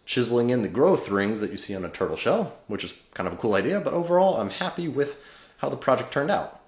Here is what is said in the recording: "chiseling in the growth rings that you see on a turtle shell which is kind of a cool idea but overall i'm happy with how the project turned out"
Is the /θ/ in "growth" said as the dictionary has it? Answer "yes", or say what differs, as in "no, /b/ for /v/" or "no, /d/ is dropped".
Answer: yes